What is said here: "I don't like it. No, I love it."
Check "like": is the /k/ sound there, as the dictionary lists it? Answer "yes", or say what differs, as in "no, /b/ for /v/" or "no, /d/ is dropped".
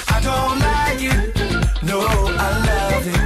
no, /k/ is dropped